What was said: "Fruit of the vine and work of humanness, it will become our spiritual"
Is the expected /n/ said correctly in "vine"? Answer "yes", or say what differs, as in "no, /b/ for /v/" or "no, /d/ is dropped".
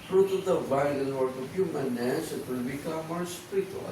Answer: no, /l/ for /n/